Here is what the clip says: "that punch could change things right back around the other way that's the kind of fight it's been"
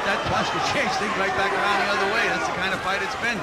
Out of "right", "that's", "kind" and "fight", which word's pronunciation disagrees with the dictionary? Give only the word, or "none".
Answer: right